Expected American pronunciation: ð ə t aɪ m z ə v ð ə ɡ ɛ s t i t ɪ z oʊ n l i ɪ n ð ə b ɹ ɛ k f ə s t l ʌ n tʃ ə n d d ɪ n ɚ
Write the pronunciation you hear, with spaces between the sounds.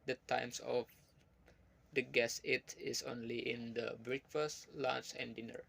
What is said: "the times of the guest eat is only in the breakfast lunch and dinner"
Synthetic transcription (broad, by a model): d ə t aɪ m s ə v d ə ɡ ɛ s i t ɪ s oʊ n l i ɪ n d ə b ɹ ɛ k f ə s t l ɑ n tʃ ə n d d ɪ n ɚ